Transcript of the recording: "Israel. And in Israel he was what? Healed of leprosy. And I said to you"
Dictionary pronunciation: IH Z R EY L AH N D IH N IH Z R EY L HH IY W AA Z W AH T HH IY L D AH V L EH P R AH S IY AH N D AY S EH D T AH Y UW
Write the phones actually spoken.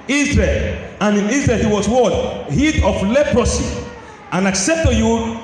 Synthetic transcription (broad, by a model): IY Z R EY L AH N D IH N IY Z R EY L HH IY W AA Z W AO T HH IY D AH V L EH P R AH S IY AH N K S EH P T AH Y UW